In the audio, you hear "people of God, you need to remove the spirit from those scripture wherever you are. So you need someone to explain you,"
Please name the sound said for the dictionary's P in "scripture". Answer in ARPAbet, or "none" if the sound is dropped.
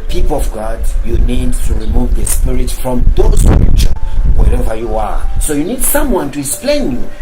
none